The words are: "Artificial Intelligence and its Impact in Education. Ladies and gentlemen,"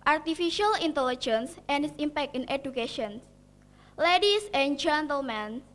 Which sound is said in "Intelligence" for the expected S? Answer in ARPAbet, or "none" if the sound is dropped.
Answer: S